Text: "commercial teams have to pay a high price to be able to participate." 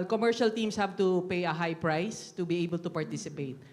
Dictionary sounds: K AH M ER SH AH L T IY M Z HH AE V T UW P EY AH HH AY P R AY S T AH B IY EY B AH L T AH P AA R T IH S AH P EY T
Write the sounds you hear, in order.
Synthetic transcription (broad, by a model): K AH M ER SH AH L T IY M S HH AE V T UW P EY AH HH AY P R AY S T AH B IY EY B AH L T AH P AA R T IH S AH P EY T